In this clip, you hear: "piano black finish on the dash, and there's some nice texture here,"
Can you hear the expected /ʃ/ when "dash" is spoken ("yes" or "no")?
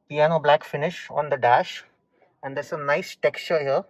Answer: yes